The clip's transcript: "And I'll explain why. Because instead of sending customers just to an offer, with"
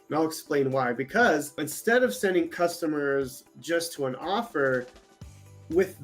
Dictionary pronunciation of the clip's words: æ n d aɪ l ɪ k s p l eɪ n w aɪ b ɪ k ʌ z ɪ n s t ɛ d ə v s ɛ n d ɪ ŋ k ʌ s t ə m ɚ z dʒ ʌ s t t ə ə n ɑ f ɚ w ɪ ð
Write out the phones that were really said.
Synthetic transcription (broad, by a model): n aɪ l ɪ k s p l eɪ n w aɪ b ɪ k ʌ z ɪ n s t ɛ d ə v s ɛ n d ɪ ŋ k ʌ s t ə m ɚ z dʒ ʌ s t t ə ə n ɑ f ɚ w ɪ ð